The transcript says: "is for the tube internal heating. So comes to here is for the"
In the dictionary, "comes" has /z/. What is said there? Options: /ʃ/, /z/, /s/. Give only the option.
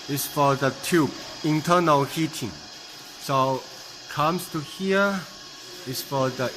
/s/